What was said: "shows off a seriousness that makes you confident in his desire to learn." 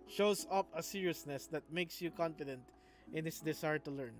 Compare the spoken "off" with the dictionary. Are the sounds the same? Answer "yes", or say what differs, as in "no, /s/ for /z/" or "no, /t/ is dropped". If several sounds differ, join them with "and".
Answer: no, /p/ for /f/